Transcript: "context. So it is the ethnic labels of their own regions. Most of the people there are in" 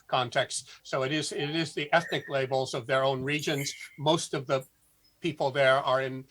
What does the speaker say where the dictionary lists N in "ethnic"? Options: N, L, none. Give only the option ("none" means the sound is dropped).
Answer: N